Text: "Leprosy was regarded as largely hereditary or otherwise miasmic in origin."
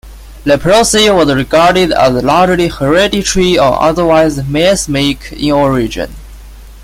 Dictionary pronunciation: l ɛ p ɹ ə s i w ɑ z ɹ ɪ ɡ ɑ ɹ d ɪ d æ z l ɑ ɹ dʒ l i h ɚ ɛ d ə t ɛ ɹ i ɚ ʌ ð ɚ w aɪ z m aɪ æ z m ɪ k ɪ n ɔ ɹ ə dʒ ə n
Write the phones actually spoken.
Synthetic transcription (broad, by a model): l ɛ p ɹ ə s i w ɑ z ɹ ɪ ɡ ɑ ɹ d ɪ d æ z l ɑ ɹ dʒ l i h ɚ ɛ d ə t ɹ i ɚ ʌ ð ɚ w aɪ z m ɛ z m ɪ k ɪ n ɔ ɹ ə dʒ ə n